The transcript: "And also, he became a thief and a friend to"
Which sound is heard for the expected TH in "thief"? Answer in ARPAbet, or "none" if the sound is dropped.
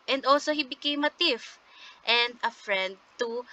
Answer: T